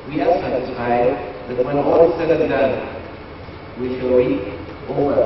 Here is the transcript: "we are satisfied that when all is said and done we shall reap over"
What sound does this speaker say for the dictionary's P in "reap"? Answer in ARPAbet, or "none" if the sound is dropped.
none